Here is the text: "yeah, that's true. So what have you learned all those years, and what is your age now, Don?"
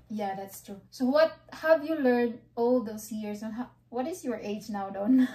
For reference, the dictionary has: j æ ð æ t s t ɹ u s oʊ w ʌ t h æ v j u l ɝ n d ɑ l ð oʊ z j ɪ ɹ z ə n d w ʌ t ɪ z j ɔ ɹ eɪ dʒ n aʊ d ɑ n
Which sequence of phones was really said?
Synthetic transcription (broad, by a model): j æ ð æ t s t ɹ u s oʊ w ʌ t h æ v j u l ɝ n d ɑ l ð oʊ s j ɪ ɹ s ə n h w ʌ t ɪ s j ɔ ɹ eɪ dʒ n aʊ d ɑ n